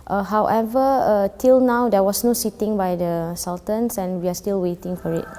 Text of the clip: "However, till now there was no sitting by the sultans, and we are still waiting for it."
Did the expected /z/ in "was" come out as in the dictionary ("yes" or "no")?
no